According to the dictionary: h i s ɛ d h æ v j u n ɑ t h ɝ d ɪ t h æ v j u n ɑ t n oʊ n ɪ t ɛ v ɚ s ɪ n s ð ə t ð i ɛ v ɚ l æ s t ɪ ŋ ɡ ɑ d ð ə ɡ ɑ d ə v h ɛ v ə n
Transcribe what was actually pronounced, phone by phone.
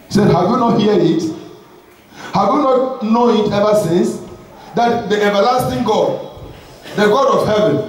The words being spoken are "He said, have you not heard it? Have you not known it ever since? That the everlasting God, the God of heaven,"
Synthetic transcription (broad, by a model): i s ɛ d h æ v j u n ɑ t h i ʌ ɪ t h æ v j u n ɑ t n oʊ n ɪ t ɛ v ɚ s ɪ n s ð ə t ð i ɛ v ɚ l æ s t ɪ ŋ ɡ ɑ d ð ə ɡ ɑ d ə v h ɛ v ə n